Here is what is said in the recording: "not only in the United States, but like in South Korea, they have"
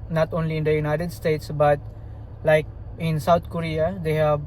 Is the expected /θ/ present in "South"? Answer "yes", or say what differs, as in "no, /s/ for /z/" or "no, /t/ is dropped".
no, /t/ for /θ/